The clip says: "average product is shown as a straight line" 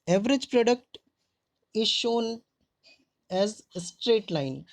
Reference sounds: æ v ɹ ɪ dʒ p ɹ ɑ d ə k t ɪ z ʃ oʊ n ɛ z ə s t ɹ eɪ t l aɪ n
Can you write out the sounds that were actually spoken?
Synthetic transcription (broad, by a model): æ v ɹ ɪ dʒ p ɹ ɑ d ə k t ɪ z ʃ oʊ n ɛ z s t ɹ eɪ t l aɪ n